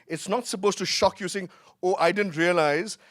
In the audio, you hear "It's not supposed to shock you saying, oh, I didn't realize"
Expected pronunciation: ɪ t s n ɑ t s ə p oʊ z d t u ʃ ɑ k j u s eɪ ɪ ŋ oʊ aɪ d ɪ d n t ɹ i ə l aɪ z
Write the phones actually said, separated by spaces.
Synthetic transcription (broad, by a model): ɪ t s n ɑ t s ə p oʊ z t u ʃ ɑ k j u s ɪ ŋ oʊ aɪ d ɪ d n t ɹ i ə l aɪ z